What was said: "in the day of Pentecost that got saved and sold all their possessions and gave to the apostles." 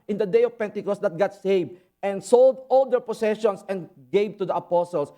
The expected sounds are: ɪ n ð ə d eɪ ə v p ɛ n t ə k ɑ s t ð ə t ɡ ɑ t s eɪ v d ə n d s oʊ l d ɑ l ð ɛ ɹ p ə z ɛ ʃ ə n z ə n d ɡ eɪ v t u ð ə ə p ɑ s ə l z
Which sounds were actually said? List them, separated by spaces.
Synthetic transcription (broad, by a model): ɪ n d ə d eɪ ə v p ɛ n t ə k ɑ s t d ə t ɡ ɑ t s eɪ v ə n d s oʊ l d ɑ l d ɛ ɹ p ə s ɛ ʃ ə n s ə n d ɡ eɪ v t u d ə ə p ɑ s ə l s